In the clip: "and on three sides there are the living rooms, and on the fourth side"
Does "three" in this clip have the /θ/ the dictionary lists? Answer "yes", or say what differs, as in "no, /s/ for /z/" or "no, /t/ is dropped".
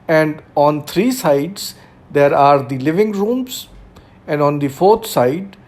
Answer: no, /t/ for /θ/